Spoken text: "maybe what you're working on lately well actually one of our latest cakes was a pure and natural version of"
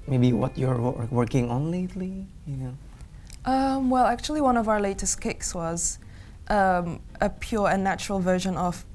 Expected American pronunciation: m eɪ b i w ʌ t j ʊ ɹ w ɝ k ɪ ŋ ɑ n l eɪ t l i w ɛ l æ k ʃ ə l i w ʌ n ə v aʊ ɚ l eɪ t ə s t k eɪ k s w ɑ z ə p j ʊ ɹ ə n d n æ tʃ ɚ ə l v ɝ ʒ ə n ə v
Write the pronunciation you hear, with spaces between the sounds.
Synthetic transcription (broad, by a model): m eɪ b i w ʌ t j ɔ ɹ w ɝ k ɪ ŋ ɑ n l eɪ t l i w ɛ l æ k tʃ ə l i w ʌ n ə v aʊ ɚ l eɪ t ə s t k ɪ k s w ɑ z ə p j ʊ ɹ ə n n æ tʃ ɚ ə l v ɝ ʒ ə n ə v